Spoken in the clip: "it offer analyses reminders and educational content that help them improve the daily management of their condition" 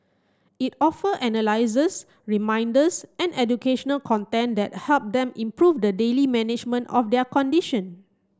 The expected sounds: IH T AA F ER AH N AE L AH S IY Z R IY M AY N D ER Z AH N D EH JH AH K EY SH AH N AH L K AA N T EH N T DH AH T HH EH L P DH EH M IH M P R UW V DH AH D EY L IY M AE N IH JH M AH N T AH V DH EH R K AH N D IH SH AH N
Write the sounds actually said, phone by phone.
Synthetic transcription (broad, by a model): IH T AA F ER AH N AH L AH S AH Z R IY M AY N D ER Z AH N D EH JH AH K EY SH AH N AH L K AA N T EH N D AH T HH EH L P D EH M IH M P R UW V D AH D EY L IY M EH N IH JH M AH N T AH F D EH K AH N D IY SH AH N